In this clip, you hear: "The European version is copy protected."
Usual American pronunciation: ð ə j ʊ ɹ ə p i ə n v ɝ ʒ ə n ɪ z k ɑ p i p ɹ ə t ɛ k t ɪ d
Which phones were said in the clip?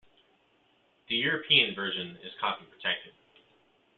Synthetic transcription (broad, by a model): ð ə j ʊ ɹ ə p i ə n v ɝ ʒ ə n ɪ z k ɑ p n p ɹ ə t ɛ k t ɪ d